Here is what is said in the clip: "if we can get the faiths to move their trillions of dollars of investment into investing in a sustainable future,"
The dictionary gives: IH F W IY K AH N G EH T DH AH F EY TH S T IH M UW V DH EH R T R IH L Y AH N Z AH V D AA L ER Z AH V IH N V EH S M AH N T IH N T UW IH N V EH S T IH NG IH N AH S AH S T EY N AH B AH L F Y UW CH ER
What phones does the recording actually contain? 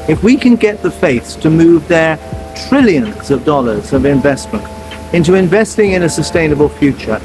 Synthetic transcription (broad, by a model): IH F W IY K AH N G EH T DH AH F EY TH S T IH M UW V DH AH R T R IH L Y AH N Z AH V D AA L ER Z AH V IH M V EH S M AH N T IH N T UW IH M V EH S T IH NG IH N AH S AH S T EY N AH B AH L F Y UW CH ER